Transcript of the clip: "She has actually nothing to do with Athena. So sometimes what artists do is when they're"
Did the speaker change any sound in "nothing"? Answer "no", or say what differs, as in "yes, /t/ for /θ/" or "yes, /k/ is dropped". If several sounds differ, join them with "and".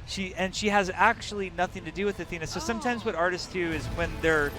no